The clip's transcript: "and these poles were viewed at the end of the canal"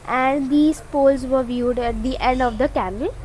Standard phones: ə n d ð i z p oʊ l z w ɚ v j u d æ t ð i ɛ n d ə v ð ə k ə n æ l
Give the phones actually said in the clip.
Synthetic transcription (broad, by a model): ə n d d i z p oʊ l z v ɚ v j u d æ t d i ɛ n d ə v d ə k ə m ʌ l